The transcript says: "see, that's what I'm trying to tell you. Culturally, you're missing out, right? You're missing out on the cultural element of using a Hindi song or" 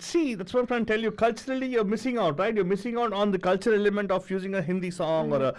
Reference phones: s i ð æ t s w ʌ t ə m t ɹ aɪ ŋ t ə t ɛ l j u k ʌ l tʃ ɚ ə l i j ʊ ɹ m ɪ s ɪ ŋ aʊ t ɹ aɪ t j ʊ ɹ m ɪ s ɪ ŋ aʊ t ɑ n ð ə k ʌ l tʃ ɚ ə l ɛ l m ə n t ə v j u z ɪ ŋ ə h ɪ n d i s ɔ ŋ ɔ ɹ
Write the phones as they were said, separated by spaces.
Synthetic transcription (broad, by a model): s i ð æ t s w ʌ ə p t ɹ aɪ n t t ɛ l j u k ʌ l tʃ ɚ ə l i j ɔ ɹ m ɪ s ɪ ŋ aʊ t ɹ aɪ t j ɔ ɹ m ɪ s ɪ ŋ aʊ t ɑ n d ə k ʌ l tʃ ɚ ə l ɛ m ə n t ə f j u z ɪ ŋ ə h ɪ n d i s ɔ ŋ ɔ ɹ